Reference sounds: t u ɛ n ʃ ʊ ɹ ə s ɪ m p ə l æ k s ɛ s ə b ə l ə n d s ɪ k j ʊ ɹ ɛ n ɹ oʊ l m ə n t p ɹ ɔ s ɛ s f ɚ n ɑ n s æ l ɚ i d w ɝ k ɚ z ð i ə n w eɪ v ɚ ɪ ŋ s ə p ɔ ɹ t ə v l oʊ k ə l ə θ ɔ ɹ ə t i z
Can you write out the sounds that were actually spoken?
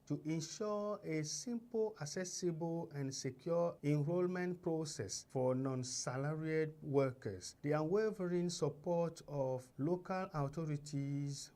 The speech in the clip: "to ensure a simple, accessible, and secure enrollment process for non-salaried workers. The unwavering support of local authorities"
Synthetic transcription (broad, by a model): t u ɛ n ʃ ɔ ə s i m p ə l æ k s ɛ s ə b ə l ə n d s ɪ k j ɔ ɛ n ɹ oʊ l m ə n t p ɹ ɔ s ɛ s f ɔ n ɑ n s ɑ l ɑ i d w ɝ k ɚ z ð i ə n w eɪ v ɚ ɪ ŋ s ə p ɔ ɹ t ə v l oʊ k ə l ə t ɔ ɹ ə t i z